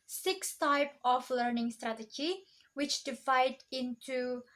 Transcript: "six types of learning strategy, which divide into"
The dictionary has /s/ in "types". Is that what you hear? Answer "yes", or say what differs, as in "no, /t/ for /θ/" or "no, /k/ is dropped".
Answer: no, /s/ is dropped